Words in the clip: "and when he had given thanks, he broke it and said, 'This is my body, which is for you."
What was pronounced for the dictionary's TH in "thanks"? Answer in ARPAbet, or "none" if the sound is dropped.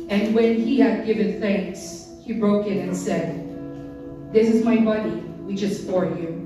TH